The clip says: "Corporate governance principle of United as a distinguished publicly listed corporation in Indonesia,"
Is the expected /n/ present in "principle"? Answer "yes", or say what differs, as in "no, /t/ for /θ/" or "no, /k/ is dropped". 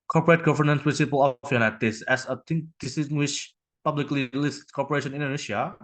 no, /n/ is dropped